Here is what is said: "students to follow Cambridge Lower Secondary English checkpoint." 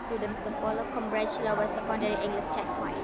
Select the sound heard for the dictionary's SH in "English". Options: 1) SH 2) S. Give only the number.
2